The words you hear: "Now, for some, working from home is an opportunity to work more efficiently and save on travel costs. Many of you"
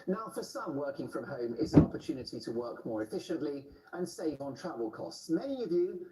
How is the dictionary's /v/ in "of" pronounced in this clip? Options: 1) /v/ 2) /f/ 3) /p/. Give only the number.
1